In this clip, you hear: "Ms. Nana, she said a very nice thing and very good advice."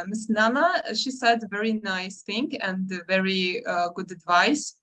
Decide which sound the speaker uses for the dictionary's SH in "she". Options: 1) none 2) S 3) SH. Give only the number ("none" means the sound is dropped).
3